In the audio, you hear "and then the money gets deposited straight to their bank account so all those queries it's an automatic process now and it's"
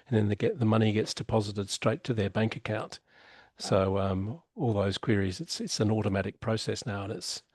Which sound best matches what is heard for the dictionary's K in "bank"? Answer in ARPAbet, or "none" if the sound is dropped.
K